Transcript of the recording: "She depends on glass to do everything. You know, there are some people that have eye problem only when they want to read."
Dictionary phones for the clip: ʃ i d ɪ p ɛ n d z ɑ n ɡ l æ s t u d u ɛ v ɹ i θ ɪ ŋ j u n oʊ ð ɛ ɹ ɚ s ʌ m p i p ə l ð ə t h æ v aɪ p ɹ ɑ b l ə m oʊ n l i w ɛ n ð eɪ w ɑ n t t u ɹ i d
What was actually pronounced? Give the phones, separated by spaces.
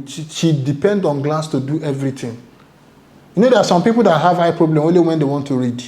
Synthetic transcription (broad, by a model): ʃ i d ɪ p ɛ n d ɑ n ɡ l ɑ s t u d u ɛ v ɹ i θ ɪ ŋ j u n oʊ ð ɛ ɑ s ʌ m p i p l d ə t h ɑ v aɪ p ɹ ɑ b l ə m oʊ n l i w ɛ n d eɪ w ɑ n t t u ɹ i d